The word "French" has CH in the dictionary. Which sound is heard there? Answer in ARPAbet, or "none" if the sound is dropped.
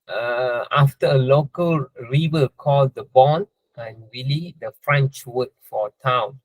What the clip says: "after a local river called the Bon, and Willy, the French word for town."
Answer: CH